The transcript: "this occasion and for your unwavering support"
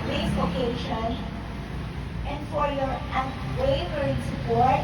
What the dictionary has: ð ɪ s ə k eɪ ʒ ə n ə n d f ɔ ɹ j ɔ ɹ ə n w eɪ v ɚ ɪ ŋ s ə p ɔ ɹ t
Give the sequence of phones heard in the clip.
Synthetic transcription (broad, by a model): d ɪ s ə k eɪ ʃ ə n ə n d f ɔ ɹ j ɔ ɹ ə w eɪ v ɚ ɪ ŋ s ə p ɔ ɹ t